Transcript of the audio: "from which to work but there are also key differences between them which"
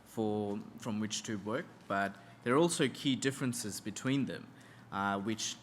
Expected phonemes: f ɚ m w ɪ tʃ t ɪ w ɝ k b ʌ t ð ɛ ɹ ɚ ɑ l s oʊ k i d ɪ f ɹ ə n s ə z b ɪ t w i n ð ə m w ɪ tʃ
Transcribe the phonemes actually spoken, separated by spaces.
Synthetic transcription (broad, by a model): f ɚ m w ɪ tʃ t ɪ w ɝ k b ʌ t ð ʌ ɹ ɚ ɑ l s oʊ k i d ɪ f ɹ ə n s ə z b ɪ t w i n ð ə m w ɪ tʃ